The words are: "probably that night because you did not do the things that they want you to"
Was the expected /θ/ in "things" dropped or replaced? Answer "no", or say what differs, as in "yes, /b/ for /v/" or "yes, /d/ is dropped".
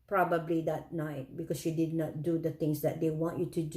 yes, /t/ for /θ/